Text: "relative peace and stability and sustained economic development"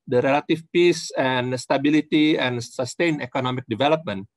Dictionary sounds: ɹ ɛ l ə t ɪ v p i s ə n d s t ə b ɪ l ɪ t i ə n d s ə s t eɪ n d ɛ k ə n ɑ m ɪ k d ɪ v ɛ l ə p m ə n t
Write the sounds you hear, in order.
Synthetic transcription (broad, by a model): ɹ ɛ l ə t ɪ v p i s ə n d s t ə b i l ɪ t i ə n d s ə s t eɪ n ɛ k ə n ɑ m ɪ k d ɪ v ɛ l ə p m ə n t